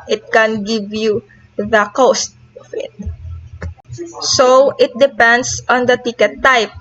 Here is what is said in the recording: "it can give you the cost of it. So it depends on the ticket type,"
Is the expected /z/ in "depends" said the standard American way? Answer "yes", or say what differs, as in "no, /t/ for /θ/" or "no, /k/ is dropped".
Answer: no, /s/ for /z/